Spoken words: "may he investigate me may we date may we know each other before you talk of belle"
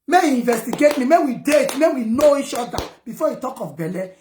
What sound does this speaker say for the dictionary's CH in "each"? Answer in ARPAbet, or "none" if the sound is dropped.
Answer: SH